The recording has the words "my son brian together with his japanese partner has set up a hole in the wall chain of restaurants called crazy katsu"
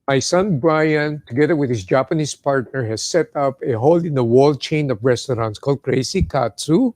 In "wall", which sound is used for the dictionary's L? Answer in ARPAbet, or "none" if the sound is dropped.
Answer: L